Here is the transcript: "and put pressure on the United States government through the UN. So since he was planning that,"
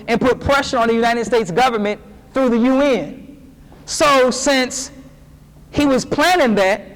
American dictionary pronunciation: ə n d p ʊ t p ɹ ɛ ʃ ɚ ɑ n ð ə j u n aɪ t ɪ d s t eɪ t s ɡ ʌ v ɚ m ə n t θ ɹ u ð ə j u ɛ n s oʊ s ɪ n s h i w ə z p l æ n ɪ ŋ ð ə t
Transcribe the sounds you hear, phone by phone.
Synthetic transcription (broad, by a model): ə n p ʊ t p ɹ ɛ ʃ ɚ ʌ n ð ə j u n aɪ t ɪ d s t eɪ t s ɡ ʌ v ɚ m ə n θ ɹ u ð ə j u ɛ n s oʊ s ɪ n s h i w ə z p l æ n ɪ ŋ ð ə t